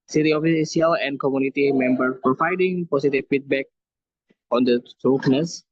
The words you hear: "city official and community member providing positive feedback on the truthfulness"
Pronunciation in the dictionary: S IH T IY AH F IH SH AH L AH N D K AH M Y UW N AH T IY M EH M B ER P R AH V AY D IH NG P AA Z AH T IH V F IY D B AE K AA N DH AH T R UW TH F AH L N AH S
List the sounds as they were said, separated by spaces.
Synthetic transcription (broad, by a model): S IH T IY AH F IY S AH L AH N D K AH M Y UW N AH T IY M EH M B ER P R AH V AY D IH NG P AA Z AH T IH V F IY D B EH K AA N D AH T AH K N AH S